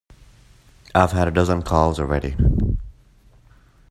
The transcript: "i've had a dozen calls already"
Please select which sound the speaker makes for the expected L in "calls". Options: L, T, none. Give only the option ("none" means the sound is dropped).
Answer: L